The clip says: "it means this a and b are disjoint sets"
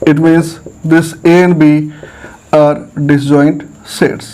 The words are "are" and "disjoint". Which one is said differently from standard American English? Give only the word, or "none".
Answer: disjoint